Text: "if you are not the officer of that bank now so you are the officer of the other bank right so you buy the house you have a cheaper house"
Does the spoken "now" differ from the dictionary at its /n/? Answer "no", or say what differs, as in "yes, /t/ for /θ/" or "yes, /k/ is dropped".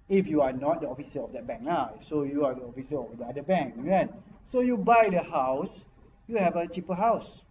yes, /l/ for /n/